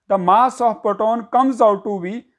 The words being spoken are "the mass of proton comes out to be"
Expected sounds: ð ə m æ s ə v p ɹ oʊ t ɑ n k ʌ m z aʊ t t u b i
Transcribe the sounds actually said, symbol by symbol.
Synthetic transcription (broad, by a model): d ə m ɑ s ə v p oʊ t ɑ n k ʌ m z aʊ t t u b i